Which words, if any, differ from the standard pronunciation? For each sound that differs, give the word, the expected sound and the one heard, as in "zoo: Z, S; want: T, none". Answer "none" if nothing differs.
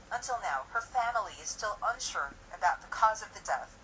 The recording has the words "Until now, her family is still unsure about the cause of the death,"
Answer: none